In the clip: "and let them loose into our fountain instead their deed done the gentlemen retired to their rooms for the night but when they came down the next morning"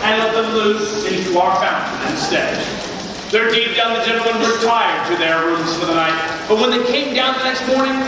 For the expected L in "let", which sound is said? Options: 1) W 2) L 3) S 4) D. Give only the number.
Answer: 2